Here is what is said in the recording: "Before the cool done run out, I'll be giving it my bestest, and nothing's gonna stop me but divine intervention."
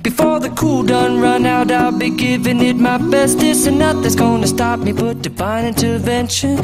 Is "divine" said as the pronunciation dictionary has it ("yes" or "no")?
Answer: no